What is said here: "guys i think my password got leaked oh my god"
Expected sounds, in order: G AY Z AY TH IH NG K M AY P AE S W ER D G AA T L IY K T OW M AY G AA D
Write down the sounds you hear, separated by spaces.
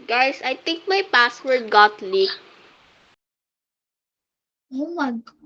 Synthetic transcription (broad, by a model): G AY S AY T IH NG K M AY P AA S W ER D G AA T L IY OW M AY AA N